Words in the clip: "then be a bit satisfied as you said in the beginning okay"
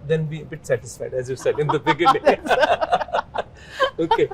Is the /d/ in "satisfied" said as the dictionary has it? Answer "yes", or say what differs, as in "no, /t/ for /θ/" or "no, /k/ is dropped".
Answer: yes